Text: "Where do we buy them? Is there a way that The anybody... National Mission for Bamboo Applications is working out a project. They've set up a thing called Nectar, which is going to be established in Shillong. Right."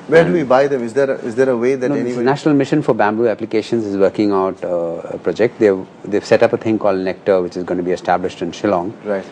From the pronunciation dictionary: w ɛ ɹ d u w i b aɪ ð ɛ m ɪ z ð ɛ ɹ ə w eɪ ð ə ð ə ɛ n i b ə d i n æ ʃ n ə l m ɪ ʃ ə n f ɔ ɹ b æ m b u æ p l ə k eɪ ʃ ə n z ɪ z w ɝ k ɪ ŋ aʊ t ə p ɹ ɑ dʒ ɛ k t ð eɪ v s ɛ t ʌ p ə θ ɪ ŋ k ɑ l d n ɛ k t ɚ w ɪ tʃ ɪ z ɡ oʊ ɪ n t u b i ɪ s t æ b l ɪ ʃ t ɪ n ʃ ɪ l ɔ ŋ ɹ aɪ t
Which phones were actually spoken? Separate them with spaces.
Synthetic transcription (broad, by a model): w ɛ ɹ d u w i b aɪ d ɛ m ɪ z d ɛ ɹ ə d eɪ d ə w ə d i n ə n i n æ ʃ n ə l m ɪ ʃ ə n f ɔ ɹ b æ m b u æ p l ə k eɪ ʃ ə n z ɪ z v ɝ k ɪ ŋ aʊ t ə p ɹ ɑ dʒ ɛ k t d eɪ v s ɛ t ʌ p ə t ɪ ŋ k ɑ l d n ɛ k t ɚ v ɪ tʃ ɪ z ɡ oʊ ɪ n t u b i ɪ s t æ b l ɪ ʃ t ɪ n ʃ ɪ l ɔ ŋ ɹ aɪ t